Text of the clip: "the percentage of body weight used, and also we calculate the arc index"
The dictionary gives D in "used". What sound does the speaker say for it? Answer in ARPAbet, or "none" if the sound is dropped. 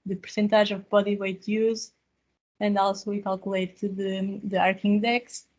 none